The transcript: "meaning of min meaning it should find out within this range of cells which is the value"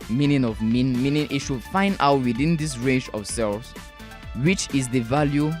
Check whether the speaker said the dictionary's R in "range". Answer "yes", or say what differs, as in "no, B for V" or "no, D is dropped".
yes